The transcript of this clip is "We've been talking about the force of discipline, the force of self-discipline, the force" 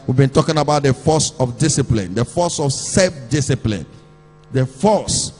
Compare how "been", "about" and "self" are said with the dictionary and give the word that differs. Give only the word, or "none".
self